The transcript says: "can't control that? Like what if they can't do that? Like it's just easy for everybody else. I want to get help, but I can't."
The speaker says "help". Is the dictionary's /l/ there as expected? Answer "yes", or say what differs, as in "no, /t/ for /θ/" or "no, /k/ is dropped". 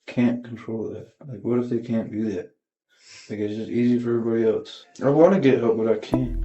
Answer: no, /l/ is dropped